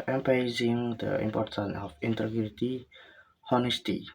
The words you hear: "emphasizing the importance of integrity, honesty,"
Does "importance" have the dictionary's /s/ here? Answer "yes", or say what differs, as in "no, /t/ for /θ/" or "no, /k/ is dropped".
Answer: no, /s/ is dropped